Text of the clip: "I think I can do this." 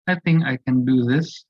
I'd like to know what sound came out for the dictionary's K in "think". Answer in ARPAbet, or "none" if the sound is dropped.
K